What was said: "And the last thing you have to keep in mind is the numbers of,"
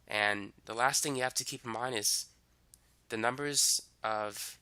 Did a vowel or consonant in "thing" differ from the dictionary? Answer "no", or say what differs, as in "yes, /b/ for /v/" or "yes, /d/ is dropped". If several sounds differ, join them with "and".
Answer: no